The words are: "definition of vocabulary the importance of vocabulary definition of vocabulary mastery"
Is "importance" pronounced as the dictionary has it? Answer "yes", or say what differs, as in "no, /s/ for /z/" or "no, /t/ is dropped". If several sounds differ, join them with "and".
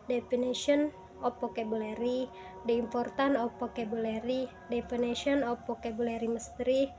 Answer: no, /s/ is dropped